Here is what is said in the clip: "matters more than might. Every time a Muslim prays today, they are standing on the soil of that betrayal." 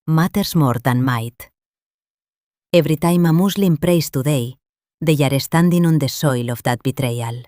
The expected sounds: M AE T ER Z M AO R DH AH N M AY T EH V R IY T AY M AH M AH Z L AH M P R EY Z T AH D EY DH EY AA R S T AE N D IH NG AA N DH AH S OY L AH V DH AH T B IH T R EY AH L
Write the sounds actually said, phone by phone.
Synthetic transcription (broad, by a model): M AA T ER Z M AO R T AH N M AY T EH B R IY T AY M AH M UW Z L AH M P R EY S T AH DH EY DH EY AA R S T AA N D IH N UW N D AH S OY L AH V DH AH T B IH T R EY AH L